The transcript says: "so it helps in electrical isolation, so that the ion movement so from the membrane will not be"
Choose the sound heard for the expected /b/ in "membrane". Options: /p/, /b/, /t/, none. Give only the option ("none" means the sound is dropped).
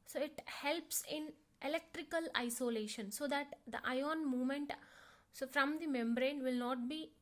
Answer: /b/